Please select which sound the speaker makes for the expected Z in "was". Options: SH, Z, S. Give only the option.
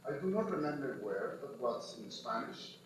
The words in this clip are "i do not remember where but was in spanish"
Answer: S